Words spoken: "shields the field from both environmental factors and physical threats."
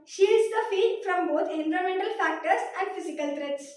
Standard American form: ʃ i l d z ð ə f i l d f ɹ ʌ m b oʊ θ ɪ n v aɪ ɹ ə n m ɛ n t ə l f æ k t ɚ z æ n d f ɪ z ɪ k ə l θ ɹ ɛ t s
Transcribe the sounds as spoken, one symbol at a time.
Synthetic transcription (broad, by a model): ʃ i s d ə f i d f ɹ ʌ m b oʊ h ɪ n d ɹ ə m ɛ n t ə l f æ k t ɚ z æ n d f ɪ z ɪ k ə l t ɹ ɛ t s